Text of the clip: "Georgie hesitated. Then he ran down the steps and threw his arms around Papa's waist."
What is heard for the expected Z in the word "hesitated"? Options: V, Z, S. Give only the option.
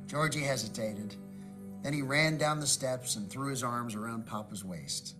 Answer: Z